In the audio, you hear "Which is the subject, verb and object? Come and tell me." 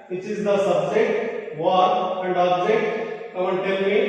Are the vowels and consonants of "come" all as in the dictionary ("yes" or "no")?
no